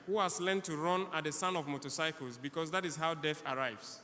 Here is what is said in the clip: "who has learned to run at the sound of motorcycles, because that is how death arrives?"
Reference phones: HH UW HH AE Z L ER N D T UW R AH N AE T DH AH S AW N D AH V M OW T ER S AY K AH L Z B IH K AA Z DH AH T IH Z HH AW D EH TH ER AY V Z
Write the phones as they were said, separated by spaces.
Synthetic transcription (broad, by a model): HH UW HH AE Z L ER N T UW R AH N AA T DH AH S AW N AH V M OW T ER S AY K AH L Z B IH K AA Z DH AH T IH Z HH AW D EH TH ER AY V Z